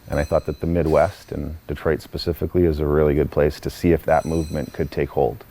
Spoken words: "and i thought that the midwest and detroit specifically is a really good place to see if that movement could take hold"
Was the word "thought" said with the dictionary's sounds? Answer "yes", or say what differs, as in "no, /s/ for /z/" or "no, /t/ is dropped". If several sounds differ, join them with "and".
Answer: yes